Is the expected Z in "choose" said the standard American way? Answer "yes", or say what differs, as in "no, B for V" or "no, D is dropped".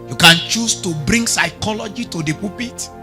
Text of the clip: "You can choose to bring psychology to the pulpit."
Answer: no, S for Z